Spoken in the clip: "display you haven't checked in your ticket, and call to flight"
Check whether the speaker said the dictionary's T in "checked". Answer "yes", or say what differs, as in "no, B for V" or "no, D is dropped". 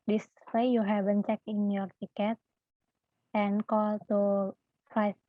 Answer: no, T is dropped